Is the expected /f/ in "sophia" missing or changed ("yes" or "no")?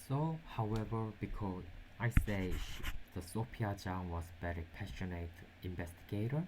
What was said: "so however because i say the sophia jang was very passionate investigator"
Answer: yes